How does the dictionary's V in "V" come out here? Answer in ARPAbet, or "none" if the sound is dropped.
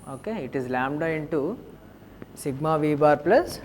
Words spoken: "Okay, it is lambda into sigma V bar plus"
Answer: V